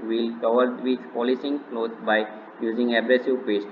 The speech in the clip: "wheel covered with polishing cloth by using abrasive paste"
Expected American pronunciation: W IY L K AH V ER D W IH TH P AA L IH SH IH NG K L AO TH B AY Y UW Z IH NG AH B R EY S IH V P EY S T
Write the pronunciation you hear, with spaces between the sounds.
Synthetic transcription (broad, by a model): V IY L K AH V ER D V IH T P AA L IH S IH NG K L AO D B AY Y UW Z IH NG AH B R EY S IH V P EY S T